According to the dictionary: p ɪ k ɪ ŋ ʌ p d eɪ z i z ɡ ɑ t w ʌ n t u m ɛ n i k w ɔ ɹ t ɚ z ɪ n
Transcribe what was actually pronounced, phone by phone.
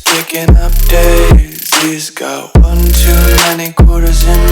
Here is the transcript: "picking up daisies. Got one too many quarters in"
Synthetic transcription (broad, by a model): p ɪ k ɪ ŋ ʌ p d eɪ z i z ɡ ɑ t w ʌ n t u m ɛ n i k w ɔ ɹ t ɚ z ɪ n